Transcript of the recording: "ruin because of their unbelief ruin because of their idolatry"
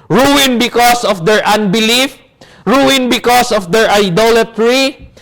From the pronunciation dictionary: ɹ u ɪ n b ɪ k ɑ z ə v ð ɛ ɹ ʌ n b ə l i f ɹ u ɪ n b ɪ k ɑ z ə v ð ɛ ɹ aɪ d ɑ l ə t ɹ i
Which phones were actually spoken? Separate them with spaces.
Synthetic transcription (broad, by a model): ɹ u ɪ n b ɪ k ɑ s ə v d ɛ ɹ ʌ n b ə l i f ɹ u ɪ n b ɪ k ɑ s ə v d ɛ ɹ aɪ d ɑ l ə t ɹ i